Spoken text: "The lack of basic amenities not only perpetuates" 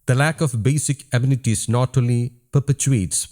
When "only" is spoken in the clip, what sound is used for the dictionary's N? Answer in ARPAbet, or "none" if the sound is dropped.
none